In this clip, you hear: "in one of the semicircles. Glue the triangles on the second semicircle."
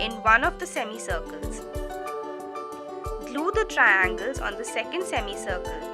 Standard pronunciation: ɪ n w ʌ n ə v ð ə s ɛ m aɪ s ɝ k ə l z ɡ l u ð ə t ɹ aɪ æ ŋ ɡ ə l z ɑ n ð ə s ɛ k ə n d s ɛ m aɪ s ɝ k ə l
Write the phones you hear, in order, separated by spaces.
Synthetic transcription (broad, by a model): ɪ n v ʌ n ə v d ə s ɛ m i s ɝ k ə l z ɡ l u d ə t ɹ aɪ æ ŋ ɡ ə l z ɑ n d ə s ɛ k ə n d s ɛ m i s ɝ k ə l